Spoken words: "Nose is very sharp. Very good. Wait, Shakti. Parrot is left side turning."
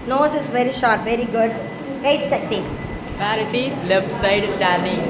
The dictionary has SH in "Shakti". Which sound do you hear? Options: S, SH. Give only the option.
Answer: S